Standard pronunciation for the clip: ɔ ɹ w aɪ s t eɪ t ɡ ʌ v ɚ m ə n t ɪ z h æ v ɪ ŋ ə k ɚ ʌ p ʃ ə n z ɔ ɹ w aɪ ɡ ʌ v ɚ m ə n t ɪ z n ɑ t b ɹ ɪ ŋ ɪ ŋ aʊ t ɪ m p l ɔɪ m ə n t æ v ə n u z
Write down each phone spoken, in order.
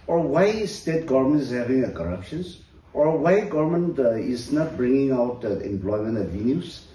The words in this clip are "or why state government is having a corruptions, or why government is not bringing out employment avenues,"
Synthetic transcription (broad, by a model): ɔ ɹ w aɪ s t eɪ t ɡ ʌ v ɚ m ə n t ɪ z h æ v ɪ ŋ ə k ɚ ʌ p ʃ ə n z ɔ ɹ w aɪ ɡ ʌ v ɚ m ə n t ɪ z n ɑ t b ɹ ɪ ŋ ɪ ŋ aʊ t ɪ m p l ɔɪ m ə n t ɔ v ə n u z